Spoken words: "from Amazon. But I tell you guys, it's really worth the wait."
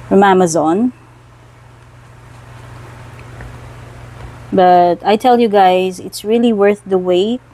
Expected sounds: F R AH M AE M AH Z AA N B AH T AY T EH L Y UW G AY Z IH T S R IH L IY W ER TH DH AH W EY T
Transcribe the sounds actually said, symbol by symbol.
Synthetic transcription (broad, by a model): F R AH M AE M AH Z AA N B AH T AY T EH L Y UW G AY Z IH T S R IH L IY W ER TH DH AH W EY